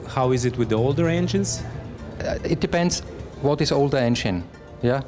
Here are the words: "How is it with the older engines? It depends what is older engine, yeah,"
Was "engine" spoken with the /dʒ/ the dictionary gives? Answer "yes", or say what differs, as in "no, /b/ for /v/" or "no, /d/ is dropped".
no, /ʃ/ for /dʒ/